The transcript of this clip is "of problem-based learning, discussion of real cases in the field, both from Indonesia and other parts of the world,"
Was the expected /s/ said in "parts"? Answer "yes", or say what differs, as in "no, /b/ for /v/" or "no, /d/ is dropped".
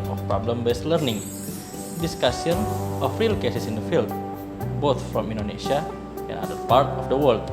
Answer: no, /s/ is dropped